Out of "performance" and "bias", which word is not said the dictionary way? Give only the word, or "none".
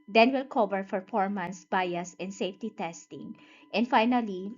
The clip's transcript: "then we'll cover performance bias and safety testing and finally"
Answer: performance